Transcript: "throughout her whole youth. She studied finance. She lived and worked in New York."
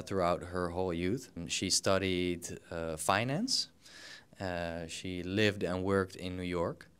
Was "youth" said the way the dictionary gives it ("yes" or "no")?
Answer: yes